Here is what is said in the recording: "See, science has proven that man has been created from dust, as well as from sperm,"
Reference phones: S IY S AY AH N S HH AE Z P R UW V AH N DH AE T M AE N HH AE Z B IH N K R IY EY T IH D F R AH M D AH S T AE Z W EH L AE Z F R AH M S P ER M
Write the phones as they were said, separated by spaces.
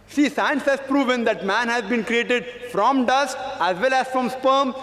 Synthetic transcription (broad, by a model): S IY S AY AH N S HH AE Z P R UW V AH N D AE T M AE N HH AE Z B IH N K R IY EY T IH D F R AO M D AH S T AE Z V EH L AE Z F R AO M S P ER M